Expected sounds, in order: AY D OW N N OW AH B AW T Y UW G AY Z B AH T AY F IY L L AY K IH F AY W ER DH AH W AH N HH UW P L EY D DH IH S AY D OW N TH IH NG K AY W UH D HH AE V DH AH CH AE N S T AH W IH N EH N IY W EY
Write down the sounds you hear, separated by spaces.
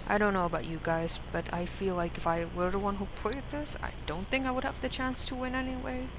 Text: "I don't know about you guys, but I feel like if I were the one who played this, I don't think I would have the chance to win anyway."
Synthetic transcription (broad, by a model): AY D OW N N OW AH B AW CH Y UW G AY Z B AH T AY F IY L L AY K IH F AY W ER DH AH W AH N HH UW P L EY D DH IH S AY D OW N TH IH NG K AY W UH D HH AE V DH AH CH AE N S T AH W IH N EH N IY W EY